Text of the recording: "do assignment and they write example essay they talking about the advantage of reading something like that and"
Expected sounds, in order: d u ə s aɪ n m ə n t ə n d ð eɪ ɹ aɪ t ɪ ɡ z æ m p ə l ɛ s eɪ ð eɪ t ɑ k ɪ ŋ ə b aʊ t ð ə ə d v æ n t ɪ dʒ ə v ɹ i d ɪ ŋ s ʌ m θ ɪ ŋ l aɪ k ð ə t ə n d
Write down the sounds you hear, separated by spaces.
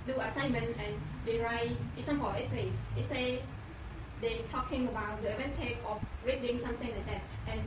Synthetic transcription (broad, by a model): d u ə s aɪ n m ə n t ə n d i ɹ aɪ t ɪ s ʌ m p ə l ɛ s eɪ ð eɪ t ɑ k ɪ ŋ ə b aʊ t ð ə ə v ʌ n t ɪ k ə f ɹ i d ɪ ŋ s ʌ m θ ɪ ŋ l aɪ k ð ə t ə n